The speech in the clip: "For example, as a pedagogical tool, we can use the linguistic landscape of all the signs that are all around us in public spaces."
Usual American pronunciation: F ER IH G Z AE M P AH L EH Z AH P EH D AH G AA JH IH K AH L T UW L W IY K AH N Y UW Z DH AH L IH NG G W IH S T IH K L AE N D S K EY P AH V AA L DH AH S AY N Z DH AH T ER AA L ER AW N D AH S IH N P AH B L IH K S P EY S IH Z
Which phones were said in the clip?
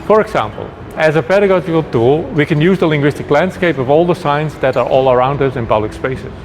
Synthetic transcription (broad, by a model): F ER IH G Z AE M P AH L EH Z AH P EH D AH G AA JH IH K AH L T UW L W IY K AH N Y UW Z DH AH L IH NG G W IH S T IH K L AE N D S K EY P AH V AA L DH AH S AY N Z DH AH T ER AA L ER AW N D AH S IH N P AH B L IH K S P EY S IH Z